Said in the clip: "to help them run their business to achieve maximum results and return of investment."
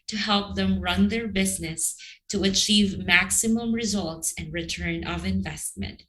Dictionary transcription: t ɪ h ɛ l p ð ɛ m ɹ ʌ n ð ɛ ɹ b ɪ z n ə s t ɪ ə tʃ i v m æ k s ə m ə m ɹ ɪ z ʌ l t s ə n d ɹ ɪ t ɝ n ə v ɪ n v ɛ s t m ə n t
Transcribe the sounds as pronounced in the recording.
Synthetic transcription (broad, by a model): t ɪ h ɛ l p ð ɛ m ɹ ʌ n ð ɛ ɹ b ɪ z n ə s t ɪ ə tʃ i v m æ k s ə m ə m ɹ ɪ z ʌ l t s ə n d ɹ ɪ t ɝ n ə v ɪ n v ɛ s t m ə n t